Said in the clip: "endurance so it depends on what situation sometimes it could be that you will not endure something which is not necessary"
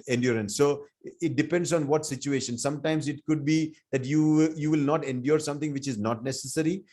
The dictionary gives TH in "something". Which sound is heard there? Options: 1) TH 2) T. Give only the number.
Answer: 2